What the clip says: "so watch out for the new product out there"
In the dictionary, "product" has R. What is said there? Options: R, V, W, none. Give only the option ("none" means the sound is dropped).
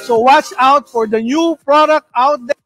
R